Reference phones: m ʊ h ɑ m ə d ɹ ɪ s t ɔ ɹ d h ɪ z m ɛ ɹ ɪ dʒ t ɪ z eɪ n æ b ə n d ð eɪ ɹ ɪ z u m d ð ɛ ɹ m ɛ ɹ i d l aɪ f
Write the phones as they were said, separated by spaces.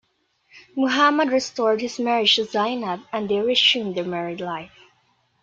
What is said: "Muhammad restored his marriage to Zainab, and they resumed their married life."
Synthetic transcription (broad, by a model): m ʊ h ɑ m ə d ɹ ɪ s t ɔ ɹ d h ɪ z m ɛ ɹ ɪ dʒ t ɪ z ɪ n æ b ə n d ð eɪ ɹ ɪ s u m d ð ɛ ɹ m ɛ ɹ i d l aɪ f